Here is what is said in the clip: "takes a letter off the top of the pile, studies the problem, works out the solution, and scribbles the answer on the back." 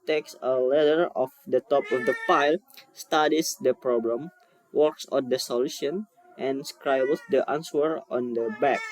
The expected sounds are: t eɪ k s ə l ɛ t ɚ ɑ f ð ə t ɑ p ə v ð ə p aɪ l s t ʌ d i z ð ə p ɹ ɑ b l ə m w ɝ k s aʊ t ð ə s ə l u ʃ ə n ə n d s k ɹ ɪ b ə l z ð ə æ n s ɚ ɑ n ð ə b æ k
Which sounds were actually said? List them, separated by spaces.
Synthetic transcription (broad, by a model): t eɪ k s ə l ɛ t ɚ ɑ f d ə t ɑ p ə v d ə f aɪ l s t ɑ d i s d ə p ɹ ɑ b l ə m w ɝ k s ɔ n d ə s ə l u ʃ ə n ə n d s k ɹ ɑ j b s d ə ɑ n s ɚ ɑ n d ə b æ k